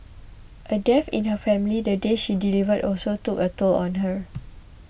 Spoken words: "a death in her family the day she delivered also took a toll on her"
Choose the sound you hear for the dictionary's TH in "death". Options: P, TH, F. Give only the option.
F